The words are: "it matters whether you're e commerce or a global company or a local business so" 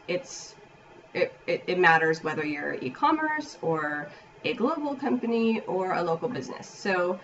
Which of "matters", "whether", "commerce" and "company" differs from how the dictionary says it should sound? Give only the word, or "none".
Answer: none